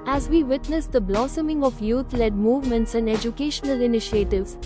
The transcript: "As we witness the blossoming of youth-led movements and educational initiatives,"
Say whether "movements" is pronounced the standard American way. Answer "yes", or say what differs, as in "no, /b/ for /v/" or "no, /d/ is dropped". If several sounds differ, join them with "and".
yes